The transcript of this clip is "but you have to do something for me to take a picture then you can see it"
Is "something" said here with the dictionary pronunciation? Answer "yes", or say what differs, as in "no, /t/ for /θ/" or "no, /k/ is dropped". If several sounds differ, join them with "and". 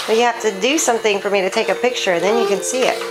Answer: yes